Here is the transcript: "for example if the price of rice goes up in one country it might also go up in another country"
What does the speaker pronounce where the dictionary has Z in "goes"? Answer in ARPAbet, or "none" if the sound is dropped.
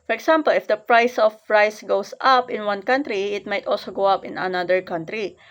S